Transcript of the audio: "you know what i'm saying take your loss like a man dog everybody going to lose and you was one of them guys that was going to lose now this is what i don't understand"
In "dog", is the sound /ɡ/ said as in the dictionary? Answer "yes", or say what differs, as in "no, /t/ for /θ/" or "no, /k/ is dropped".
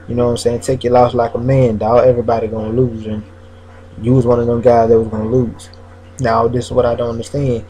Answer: no, /ɡ/ is dropped